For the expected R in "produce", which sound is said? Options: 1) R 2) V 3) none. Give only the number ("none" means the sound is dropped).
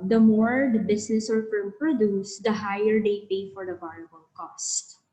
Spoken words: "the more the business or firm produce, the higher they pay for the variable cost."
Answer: 1